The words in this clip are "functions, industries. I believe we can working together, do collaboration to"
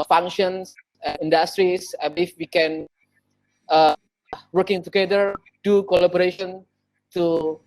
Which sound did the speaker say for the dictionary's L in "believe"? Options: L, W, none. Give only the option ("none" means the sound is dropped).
none